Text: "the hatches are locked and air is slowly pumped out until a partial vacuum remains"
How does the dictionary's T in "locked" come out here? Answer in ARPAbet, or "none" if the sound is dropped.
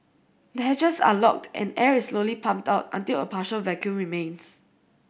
T